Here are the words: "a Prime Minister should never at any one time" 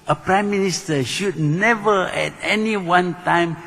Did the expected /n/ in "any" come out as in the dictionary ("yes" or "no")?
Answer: yes